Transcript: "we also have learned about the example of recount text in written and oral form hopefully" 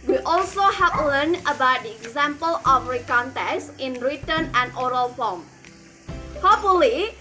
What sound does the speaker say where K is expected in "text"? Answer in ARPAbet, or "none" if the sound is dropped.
none